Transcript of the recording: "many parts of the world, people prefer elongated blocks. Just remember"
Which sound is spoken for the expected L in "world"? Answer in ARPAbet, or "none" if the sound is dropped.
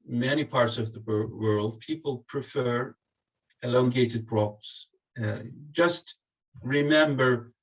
L